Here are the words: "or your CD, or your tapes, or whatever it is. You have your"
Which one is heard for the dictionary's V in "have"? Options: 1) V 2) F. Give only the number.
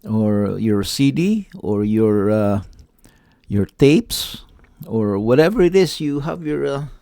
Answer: 1